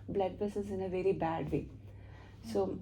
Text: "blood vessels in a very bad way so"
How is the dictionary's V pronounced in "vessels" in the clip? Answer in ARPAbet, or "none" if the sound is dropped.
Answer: B